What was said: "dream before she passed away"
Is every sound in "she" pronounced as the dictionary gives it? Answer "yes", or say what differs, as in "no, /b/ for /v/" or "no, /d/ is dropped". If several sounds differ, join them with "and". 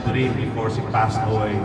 no, /s/ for /ʃ/